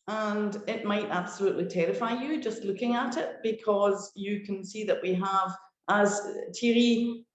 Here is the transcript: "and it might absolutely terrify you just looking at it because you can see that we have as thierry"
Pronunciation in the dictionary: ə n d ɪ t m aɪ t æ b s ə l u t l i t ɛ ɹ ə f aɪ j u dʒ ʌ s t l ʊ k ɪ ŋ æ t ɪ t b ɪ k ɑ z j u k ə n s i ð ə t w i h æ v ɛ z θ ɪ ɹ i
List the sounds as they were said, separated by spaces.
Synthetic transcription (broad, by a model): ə n d ɪ t m aɪ t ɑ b s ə l u t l i t ɛ ɹ ə f aɪ j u dʒ ʌ s t l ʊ k ɪ ŋ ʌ t ɪ t b ɪ k ɑ z j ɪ k ə n s i ð ə t w i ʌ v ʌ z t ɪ ɹ i